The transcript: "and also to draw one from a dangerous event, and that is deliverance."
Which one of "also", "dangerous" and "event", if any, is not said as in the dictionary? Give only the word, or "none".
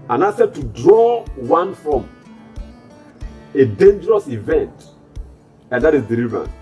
also